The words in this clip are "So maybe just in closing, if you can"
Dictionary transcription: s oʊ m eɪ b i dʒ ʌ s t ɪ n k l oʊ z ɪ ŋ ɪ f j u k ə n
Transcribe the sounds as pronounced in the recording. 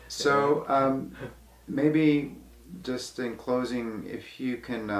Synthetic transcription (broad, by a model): s oʊ m eɪ b i dʒ ʌ s t ɪ n k l oʊ z ɪ ŋ ɪ f j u k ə n